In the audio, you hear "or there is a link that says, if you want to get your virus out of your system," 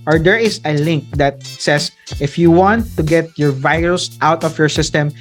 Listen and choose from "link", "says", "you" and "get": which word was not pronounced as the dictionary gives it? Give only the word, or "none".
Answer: says